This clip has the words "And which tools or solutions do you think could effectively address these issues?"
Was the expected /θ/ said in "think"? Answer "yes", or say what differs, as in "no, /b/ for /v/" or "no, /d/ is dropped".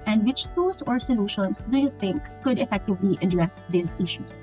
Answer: no, /t/ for /θ/